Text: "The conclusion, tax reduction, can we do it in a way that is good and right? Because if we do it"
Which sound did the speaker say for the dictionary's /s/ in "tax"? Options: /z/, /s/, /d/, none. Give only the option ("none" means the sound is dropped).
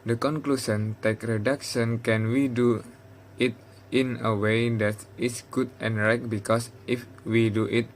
none